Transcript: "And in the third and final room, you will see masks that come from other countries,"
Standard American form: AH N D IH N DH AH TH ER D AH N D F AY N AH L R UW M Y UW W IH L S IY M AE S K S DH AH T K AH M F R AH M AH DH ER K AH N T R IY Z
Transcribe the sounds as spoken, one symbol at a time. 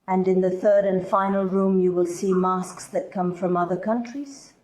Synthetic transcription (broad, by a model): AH N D IH N DH AH TH ER D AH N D F AY N AH L R UW M Y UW W IH L S IY M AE S K S DH AH T K AH M F R AH M AH DH ER K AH N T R IY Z